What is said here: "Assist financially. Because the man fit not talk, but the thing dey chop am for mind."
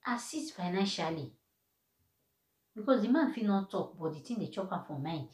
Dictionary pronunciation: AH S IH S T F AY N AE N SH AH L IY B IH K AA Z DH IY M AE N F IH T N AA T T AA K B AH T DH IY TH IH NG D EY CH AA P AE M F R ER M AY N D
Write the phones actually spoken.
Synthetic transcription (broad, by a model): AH S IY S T F AY N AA N SH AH L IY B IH K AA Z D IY M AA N F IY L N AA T T AA K B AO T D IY T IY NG D EY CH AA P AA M F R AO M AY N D